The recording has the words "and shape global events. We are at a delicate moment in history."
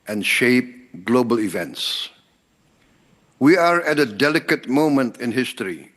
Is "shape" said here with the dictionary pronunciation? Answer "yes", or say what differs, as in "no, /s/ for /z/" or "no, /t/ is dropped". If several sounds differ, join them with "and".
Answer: yes